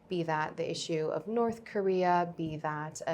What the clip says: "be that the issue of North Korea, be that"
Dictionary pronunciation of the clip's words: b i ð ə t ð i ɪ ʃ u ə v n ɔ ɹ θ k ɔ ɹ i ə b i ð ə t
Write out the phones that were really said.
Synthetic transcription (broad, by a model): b i ð ə t ð i ɪ ʃ u ə v n ɔ ɹ θ k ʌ ɹ i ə b i ð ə t